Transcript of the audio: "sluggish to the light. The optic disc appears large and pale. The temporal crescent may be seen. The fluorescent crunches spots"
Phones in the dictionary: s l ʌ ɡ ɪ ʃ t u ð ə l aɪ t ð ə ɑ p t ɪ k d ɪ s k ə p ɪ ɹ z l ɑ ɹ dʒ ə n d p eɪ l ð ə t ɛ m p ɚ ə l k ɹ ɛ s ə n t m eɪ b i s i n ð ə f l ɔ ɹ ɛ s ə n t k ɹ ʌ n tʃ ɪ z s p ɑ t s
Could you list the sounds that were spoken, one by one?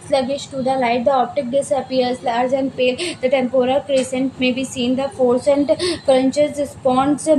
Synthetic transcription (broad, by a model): s l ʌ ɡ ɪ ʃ t u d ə l aɪ t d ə ɑ p t ɪ k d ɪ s ə p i ɹ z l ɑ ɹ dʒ ə n d p eɪ l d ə t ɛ m p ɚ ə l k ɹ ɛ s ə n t m eɪ b i s i n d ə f ɔ ɹ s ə n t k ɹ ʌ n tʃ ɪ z s p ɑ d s